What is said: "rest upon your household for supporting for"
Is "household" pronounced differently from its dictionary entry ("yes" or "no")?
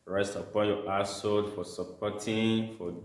yes